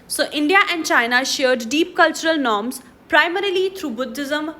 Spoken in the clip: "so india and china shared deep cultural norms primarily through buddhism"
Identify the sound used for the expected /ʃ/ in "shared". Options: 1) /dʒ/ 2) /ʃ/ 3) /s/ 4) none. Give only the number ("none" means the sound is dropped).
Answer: 2